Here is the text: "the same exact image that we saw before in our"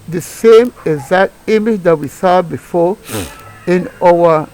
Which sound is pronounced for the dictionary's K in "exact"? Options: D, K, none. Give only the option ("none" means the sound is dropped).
none